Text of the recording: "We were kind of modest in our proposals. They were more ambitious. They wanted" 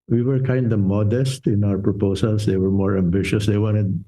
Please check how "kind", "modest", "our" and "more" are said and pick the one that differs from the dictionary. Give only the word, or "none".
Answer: none